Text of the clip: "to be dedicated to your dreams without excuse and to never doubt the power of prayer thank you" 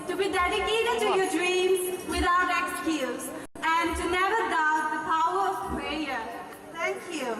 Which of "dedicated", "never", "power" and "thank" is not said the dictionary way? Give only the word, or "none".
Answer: thank